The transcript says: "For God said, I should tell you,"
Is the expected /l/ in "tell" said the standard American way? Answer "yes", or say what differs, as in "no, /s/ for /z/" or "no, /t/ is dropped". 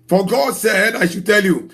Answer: yes